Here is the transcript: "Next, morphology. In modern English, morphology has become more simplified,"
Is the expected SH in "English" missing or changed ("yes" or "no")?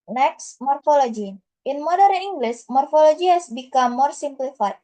yes